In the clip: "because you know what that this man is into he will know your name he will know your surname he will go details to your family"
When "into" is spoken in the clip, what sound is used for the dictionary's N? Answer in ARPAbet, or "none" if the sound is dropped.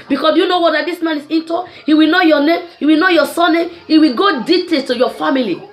N